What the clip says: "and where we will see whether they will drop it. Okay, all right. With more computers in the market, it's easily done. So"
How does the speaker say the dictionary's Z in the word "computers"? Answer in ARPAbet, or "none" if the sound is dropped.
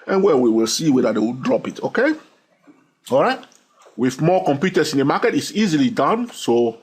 S